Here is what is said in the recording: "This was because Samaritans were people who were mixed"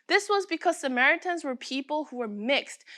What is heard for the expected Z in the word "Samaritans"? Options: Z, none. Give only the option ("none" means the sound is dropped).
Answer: Z